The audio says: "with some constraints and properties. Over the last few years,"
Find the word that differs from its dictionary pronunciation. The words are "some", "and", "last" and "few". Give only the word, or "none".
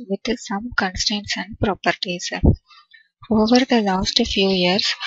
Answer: none